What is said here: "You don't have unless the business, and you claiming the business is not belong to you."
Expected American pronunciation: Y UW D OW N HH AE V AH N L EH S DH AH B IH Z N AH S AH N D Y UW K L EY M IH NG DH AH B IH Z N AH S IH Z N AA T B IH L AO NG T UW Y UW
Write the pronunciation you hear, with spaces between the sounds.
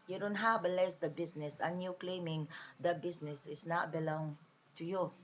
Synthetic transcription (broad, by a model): Y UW D OW N HH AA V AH L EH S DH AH B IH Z N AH S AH N Y UW K L EY M IH NG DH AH B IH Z N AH S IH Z N AA T B IH L AO NG T UW Y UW